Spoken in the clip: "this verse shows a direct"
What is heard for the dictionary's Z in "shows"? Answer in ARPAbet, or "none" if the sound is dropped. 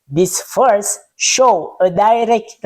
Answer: none